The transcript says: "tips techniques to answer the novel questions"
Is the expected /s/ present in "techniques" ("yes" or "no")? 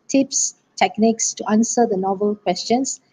yes